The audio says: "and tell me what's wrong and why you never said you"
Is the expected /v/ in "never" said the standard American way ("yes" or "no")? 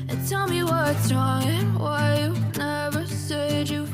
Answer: yes